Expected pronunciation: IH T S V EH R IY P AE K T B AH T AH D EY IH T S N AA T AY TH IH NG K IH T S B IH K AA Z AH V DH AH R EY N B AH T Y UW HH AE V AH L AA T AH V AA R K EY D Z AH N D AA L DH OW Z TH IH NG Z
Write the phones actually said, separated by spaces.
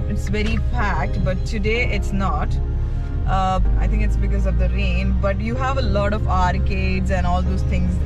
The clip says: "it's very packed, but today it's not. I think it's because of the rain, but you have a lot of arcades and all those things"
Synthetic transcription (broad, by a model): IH T S V EH R IY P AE K T B AH T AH D EY IH T S N AA T AY T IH NG K IH T S B IH K AA Z AH V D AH R EY N B AH T Y UW HH AE V AH L AA T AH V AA R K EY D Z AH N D AA L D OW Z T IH NG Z